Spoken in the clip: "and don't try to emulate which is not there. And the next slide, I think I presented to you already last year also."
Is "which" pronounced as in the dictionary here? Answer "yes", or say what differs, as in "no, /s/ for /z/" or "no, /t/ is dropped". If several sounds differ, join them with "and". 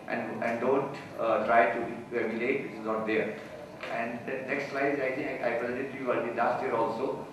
no, /s/ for /tʃ/